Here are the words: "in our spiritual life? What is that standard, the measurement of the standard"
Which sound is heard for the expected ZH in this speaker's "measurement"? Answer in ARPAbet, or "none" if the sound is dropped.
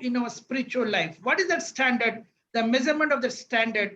Z